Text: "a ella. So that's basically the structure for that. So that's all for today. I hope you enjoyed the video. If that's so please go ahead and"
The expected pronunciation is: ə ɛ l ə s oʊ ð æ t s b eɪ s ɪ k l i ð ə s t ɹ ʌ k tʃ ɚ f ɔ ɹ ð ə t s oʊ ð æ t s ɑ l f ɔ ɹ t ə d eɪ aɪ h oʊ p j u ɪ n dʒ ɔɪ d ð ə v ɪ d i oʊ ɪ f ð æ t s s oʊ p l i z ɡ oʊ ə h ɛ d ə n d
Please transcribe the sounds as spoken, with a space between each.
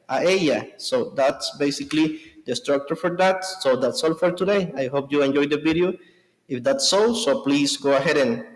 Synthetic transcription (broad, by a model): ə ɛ ə s oʊ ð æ t s b eɪ s ɪ k l i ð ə s t ɹ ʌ k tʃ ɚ f ɔ ɹ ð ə t s oʊ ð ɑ t s ɑ l f ɔ ɹ t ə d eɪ aɪ h oʊ p j u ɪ n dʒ ɔɪ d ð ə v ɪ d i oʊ ɪ f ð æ t s s oʊ p l i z ɡ oʊ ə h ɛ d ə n